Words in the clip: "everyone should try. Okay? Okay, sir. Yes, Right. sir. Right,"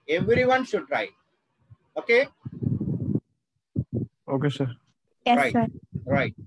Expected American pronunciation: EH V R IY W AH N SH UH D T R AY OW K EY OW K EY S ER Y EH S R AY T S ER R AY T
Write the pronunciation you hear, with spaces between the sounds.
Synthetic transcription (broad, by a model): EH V R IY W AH N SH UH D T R AY OW K EY OW K EY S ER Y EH R AY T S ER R AY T